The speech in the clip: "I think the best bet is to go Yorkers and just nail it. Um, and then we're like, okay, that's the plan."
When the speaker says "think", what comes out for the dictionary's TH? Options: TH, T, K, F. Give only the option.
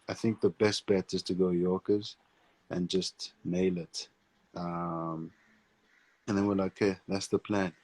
TH